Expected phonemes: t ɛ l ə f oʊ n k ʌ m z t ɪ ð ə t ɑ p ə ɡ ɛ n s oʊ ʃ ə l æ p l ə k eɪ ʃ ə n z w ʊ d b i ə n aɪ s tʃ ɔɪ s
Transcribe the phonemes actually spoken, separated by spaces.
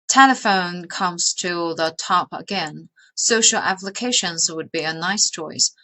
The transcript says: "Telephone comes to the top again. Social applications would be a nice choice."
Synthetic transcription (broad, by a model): t ɛ l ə f oʊ n k ʌ m z t ɪ ð ə t ɑ p ə ɡ ɛ n s oʊ ʃ l æ p l ə k eɪ ʃ ə n z w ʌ d b i ə n aɪ s tʃ ɔɪ s